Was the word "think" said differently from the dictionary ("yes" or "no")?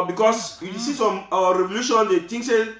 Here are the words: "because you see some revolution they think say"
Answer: yes